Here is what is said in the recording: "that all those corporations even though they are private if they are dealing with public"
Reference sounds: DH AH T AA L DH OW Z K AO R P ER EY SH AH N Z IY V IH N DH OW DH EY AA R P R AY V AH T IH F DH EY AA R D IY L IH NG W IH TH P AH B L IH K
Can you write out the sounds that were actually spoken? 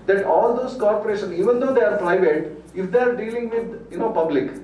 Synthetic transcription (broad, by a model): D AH T AA L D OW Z K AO R P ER EY SH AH N IY V IH N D OW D EY AA R P R AY V AH T IH F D EY AA R D IY L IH NG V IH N P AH B L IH K